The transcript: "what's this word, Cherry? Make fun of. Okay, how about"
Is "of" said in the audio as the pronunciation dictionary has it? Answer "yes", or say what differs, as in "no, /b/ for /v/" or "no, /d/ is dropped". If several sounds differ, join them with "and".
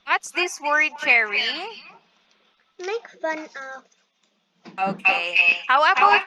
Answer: no, /p/ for /v/